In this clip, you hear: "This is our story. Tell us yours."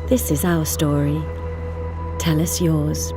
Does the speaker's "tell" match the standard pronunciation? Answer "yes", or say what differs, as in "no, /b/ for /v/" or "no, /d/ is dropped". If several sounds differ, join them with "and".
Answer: yes